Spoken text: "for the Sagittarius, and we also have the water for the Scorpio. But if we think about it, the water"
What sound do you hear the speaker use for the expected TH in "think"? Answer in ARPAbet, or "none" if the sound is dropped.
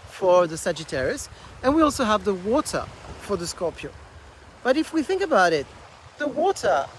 TH